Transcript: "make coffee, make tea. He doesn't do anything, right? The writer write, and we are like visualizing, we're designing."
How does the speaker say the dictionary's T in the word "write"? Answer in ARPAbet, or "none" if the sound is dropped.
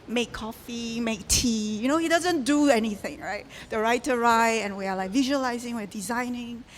none